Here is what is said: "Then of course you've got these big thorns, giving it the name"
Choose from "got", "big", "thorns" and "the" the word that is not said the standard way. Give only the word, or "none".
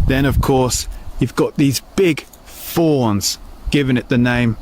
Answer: thorns